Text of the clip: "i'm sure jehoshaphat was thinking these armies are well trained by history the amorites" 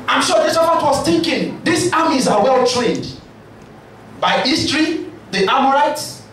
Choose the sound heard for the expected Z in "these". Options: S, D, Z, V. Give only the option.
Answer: S